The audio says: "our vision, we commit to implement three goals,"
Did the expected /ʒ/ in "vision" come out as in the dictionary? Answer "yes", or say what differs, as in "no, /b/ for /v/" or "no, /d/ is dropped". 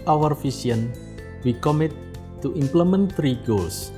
no, /s/ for /ʒ/